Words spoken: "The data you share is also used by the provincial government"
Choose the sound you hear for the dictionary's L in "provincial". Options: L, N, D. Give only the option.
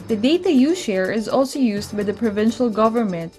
L